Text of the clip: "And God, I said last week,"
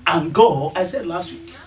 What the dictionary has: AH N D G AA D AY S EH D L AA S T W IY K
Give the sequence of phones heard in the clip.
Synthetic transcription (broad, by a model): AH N G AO AY S EH D L AA S T W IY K